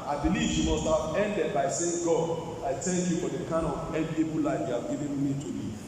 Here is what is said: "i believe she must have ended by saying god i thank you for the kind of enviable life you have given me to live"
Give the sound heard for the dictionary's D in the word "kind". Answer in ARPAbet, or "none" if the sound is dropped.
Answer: none